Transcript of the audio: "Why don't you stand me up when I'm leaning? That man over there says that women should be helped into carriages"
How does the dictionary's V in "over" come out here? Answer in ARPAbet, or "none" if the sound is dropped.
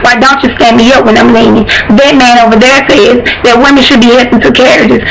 V